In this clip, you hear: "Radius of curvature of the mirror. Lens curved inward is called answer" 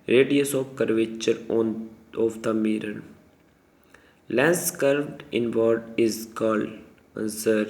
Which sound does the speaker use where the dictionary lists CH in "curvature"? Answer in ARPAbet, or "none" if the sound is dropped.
CH